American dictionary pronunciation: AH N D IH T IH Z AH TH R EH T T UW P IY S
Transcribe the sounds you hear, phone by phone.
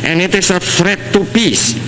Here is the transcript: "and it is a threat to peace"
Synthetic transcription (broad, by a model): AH N IH T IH S AH F R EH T T UW P IY S